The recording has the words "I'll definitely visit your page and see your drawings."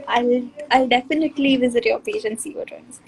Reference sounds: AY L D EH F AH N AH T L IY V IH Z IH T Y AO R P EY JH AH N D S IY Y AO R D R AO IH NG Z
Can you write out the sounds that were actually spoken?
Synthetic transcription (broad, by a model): AY L D EH F AH N AH T L IY V IH Z IH T Y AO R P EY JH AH N S IY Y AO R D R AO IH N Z